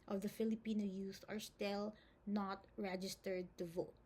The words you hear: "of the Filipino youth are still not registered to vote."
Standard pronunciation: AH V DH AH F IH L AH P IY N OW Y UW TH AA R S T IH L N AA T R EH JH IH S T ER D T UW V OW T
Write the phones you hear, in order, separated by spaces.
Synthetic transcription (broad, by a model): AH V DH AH F IH L AH P IY N OW Y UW S AA R S T IH L N AA T R EH JH IH S T ER D T UW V OW T